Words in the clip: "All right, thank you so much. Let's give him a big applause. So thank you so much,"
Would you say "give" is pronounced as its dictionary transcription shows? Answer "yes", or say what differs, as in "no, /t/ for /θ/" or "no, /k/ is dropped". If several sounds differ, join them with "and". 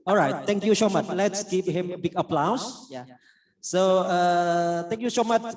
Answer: no, /p/ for /v/